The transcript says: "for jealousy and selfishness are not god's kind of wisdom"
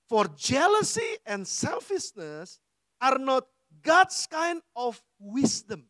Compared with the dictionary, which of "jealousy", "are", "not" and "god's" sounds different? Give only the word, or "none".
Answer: god's